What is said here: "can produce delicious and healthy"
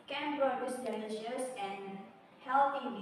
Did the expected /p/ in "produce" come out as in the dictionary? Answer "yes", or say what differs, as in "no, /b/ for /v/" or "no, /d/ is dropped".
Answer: no, /b/ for /p/